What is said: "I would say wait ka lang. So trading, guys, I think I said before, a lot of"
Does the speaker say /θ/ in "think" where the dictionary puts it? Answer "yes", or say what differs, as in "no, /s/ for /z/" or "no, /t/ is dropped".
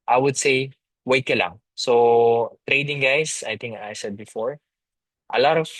no, /t/ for /θ/